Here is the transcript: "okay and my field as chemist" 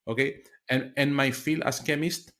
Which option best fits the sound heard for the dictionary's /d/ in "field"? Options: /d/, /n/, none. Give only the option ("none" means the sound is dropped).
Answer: none